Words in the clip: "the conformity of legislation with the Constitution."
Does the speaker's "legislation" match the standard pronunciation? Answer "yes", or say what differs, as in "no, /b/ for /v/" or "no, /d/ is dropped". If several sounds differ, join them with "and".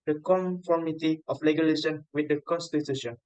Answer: no, /s/ is dropped